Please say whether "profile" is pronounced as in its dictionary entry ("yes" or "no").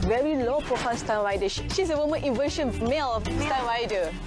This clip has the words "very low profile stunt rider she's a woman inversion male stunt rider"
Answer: no